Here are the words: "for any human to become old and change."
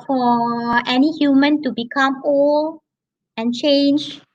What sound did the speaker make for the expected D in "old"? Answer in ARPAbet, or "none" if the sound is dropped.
none